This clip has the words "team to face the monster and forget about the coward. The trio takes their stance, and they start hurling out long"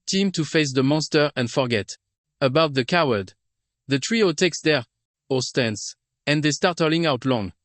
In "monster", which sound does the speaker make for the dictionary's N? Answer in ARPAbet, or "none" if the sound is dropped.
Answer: N